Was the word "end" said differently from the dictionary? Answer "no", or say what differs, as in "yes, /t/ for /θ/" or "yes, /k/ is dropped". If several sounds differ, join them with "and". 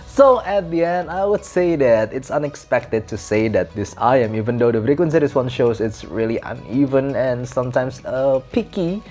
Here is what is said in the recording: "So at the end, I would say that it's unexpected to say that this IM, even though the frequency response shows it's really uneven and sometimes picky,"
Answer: no